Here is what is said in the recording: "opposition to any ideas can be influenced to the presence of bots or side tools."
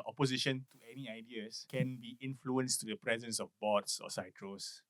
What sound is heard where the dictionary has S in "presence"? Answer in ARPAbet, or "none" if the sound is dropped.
S